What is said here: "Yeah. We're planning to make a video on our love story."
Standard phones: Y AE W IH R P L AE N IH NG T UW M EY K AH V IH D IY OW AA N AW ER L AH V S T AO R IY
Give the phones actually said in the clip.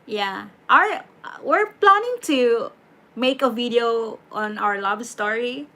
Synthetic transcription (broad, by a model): Y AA W IH R P L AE N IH NG T UW M EY K AH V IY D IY OW AA N AW ER L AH B S T AO R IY